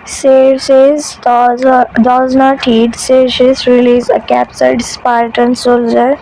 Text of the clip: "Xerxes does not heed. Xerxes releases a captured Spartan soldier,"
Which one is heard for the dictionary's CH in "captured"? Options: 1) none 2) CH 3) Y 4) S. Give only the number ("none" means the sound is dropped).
4